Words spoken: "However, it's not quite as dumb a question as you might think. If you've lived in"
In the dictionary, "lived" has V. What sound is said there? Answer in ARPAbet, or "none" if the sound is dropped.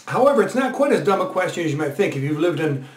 V